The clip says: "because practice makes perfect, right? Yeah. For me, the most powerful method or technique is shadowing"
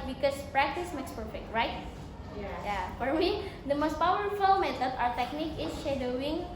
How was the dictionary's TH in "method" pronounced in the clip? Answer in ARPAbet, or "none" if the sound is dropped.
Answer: S